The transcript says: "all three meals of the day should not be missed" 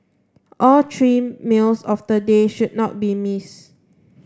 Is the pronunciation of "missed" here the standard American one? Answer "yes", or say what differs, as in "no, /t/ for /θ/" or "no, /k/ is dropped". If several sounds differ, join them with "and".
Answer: no, /t/ is dropped